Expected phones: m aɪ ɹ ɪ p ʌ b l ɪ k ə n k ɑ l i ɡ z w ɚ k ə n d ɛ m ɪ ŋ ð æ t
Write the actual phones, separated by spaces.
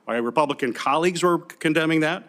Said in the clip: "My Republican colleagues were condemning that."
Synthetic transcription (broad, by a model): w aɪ ɹ ɪ p ʌ b l ɪ k ə n k ɑ l i ɡ z w ɚ k ə n d ɛ m ɪ ŋ ð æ t